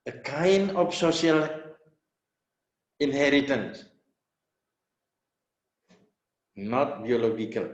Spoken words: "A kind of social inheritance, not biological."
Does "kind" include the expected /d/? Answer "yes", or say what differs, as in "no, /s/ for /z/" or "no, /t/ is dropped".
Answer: no, /d/ is dropped